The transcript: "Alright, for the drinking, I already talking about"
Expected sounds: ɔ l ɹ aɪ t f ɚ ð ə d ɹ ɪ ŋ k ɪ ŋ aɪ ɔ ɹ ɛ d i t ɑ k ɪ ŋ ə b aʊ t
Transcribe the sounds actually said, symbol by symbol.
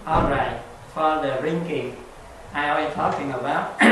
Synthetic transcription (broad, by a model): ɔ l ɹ aɪ t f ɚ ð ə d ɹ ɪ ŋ k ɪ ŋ aɪ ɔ ɛ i t ɑ k ɪ ŋ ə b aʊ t